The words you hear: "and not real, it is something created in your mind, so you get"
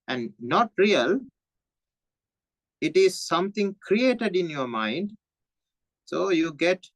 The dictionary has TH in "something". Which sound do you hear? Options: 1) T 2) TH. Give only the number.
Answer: 1